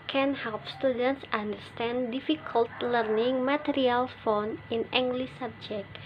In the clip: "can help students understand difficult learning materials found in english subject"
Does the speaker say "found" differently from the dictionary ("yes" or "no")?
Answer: yes